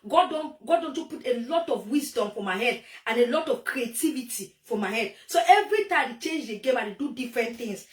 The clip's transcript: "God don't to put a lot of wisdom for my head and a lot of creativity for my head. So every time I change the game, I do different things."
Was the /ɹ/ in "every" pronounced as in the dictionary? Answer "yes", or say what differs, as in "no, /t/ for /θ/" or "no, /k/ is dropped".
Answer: yes